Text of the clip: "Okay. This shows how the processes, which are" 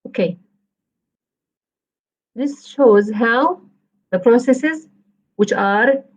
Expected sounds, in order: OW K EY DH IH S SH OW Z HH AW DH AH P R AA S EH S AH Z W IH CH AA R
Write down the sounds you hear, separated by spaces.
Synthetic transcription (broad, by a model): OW K EY DH IH S SH OW Z HH AW DH AH P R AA S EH S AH Z W IH CH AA R